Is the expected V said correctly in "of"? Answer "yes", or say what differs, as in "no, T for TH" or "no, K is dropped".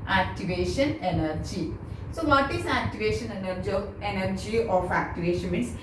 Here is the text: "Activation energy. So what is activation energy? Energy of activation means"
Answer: no, F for V